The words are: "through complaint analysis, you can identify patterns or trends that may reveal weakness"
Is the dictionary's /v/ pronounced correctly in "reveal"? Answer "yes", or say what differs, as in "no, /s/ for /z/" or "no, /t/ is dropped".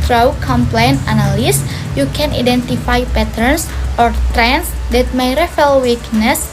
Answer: no, /f/ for /v/